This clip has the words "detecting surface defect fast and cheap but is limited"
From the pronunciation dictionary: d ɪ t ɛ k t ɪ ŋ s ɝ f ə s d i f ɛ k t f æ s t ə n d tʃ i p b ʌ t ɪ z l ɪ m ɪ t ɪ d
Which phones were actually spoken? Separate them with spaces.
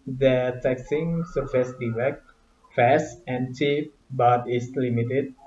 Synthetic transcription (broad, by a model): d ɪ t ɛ k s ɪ ŋ s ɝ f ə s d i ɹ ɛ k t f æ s ə n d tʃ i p b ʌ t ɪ s l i m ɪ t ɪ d